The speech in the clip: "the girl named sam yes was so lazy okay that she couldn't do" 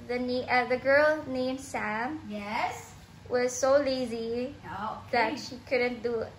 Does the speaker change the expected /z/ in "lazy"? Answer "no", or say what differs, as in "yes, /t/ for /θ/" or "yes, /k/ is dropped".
no